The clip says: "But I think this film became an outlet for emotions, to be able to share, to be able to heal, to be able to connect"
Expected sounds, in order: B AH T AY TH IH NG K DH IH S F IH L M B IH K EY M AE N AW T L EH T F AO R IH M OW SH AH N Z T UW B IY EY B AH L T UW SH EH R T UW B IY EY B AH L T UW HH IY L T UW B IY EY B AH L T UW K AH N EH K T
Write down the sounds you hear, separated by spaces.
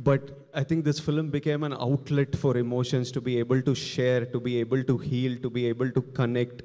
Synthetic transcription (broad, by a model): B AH T AY T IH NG K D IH S F IH L M B IH K EY M AE N AW T L EH T F AO R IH M OW SH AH N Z T UW B IY EY B AH L T UW SH EH R T UW B IY EY B AH L T UW HH IY L T UW B IY EY B AH L T UW K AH N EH K T